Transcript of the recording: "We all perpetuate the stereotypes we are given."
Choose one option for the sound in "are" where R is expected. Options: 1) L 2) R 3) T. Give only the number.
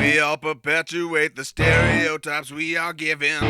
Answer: 1